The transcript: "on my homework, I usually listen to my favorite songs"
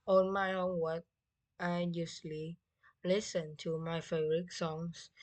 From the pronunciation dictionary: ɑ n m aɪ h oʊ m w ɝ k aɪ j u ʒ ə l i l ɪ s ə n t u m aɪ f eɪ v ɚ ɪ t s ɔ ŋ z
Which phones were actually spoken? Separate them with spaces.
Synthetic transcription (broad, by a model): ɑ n m aɪ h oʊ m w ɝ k aɪ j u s l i l ɪ s ə n t u m aɪ f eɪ b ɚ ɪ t s ɔ ŋ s